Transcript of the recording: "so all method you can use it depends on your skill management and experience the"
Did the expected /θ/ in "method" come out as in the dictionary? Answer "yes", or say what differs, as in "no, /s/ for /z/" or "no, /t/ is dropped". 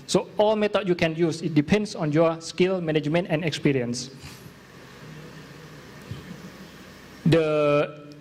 no, /t/ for /θ/